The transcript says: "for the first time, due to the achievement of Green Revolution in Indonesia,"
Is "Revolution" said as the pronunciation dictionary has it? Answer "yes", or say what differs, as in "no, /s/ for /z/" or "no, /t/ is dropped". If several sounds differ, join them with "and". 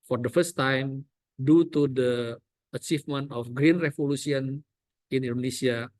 no, /s/ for /ʃ/